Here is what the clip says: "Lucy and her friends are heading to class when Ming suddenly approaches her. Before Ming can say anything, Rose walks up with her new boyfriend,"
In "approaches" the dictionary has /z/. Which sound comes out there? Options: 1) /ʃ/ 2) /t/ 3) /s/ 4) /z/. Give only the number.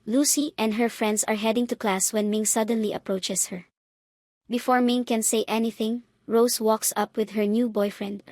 3